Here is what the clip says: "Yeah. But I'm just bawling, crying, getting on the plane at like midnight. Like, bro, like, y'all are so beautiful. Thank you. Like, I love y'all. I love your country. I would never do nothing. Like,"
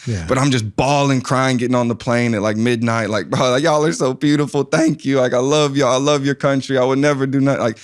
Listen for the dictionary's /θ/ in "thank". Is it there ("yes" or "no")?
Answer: yes